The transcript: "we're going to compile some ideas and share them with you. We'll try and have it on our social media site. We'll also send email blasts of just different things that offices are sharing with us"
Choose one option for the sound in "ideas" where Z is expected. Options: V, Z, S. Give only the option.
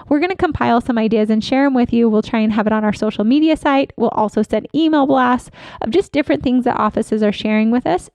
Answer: Z